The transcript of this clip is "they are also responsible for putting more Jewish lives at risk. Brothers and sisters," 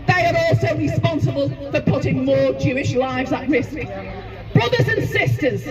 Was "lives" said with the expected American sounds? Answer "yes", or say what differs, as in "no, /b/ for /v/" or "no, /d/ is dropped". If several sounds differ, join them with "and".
yes